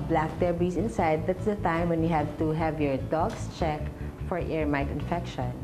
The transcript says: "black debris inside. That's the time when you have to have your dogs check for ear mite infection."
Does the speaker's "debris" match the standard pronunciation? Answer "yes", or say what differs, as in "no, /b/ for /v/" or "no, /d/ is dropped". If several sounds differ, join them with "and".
no, /ɹ/ is dropped